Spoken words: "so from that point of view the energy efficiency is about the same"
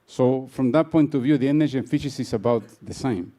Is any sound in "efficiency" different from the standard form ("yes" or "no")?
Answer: yes